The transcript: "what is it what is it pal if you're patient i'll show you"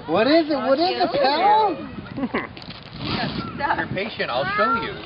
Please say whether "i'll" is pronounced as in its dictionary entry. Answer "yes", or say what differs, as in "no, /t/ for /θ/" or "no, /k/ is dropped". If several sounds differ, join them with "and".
yes